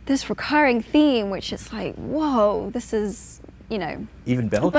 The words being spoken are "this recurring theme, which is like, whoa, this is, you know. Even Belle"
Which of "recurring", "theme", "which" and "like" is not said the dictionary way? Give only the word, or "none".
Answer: none